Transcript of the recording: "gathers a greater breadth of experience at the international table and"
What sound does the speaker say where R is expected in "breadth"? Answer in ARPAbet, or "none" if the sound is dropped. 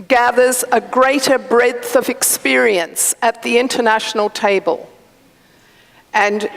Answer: R